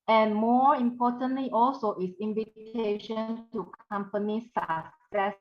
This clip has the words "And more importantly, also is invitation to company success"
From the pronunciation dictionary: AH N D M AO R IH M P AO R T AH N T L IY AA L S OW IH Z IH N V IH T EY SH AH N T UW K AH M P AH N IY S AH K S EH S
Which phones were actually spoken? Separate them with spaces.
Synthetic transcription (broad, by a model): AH N M AO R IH M P AO T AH N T L IY AA L S OW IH S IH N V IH T EY SH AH N T UW K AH M P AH N IY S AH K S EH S